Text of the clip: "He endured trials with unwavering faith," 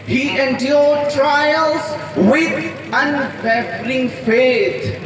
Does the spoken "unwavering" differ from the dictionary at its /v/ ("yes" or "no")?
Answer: yes